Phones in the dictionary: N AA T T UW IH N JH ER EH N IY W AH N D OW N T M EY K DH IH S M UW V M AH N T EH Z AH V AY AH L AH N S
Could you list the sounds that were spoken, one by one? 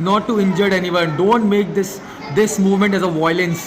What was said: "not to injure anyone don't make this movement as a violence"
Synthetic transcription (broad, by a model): N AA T T UW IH N JH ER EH N IY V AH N D OW N T M EY K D IH S M UW V M AH N T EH Z AH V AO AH L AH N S